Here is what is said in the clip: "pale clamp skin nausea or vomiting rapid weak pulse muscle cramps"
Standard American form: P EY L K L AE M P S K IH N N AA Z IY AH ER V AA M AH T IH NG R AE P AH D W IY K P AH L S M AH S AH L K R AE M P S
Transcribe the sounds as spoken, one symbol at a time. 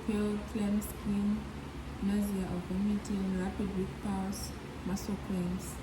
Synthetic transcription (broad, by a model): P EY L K L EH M S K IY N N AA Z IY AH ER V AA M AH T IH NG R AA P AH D W IY K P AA W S M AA S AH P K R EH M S